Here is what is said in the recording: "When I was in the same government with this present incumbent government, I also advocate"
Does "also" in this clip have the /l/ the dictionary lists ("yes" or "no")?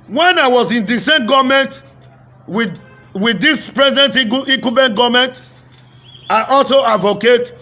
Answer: yes